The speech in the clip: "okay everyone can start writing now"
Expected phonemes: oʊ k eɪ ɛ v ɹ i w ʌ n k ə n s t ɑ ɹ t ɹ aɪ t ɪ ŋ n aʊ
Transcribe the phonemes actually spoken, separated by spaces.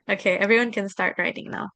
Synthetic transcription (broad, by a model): oʊ k eɪ ɛ v ɹ i w ʌ n k ə n s t ɑ ɹ t ɹ aɪ t ɪ ŋ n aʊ